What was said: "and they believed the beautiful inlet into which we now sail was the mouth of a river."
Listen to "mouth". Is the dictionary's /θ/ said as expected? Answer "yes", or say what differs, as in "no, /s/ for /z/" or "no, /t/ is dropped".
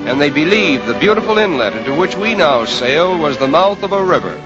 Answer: yes